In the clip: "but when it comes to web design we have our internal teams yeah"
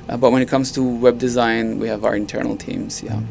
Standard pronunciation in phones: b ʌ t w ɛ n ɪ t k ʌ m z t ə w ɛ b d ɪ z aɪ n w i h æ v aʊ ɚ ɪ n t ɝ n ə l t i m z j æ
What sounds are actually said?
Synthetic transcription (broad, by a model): b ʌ t w ɛ n ɪ t k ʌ m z t ə w ɛ b d ɪ z aɪ n w i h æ v aʊ ɚ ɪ n t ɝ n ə l t i m z j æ